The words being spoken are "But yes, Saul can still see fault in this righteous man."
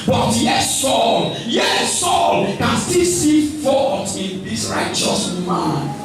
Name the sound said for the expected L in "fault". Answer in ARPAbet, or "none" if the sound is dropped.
none